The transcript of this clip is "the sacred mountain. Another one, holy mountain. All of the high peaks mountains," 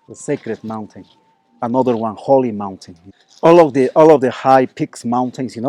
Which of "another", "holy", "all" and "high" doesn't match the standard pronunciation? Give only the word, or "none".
none